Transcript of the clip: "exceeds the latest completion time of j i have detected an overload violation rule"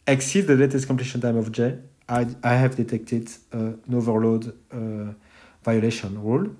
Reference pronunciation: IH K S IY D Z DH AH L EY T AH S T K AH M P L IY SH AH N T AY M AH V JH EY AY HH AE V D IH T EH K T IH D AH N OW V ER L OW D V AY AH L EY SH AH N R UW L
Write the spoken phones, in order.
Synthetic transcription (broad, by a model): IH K S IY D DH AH L EY T AH S T K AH P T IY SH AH N T AY M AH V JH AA AY HH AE V D IH T EH K T IH D AH N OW V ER L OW D V AY AH L EY SH AH N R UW L